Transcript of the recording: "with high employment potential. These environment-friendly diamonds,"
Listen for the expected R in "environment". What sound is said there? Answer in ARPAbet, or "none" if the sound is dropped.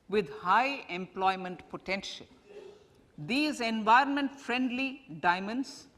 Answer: R